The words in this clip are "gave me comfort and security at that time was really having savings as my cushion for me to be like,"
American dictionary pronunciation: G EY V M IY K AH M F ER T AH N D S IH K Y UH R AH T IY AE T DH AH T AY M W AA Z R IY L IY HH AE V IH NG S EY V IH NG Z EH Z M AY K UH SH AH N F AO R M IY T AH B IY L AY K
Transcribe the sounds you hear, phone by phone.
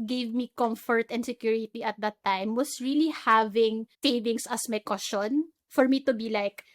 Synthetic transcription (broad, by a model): G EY V M IY K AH M F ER T AH N D S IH K Y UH R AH T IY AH T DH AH T AY M W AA S R IY L IY HH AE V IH NG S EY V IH NG S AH S M AY K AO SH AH N F AO R M IY T AH B IY L AY K